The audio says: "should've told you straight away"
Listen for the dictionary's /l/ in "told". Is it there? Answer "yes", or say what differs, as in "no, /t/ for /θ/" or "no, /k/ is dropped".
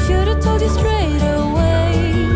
no, /l/ is dropped